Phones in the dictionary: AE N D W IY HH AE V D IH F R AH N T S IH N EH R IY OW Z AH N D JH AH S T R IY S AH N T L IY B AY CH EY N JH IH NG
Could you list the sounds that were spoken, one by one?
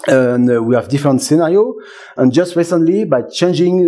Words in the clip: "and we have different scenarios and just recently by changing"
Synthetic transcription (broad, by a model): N W IY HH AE V D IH F R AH N T S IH N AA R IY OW AH N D JH AH S T R IY S AH N T L IY B AY CH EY N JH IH NG